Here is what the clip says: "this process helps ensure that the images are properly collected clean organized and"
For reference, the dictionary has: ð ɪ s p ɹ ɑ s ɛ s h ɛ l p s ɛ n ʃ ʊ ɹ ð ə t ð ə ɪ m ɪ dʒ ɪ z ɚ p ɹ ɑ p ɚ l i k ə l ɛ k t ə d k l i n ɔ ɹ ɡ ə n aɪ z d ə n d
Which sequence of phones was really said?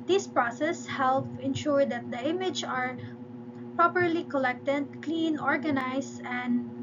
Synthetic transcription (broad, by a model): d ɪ s p ɹ ɑ s ɛ s h ɛ l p ɛ n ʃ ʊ ɹ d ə t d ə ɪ m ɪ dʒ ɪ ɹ p ɹ ɑ p ɚ l i k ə l ɛ k t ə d k l i n ɔ ɹ ɡ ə n aɪ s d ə n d